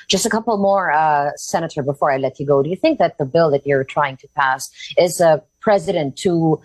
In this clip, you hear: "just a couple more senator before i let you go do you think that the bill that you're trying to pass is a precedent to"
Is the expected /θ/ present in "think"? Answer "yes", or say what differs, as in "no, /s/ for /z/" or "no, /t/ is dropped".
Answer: yes